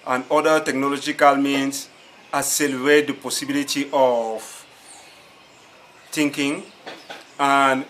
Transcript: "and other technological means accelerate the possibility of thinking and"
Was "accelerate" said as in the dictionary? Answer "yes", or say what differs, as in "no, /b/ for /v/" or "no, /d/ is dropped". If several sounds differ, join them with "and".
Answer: no, /k/ is dropped